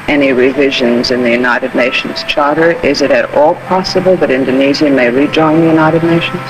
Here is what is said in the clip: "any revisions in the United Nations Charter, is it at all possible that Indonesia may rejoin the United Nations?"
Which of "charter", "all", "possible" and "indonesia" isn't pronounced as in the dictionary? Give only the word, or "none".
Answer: indonesia